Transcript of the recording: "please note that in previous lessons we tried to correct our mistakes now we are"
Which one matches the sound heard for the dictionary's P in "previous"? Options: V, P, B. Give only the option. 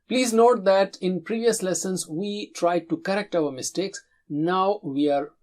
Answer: P